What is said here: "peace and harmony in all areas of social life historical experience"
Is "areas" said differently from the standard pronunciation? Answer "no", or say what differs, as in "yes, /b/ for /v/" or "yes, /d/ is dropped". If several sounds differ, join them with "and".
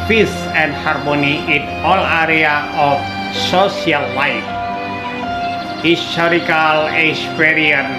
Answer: yes, /z/ is dropped